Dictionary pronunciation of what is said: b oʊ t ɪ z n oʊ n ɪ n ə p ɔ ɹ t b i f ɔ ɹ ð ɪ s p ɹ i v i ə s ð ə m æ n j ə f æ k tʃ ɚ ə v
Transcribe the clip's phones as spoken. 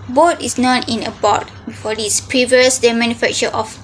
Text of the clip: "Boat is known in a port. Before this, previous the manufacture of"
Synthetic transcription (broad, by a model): b oʊ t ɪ s n oʊ n ɪ n ə b ɔ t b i f ɔ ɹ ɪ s p ɹ i v i ə s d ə m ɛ n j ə f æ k tʃ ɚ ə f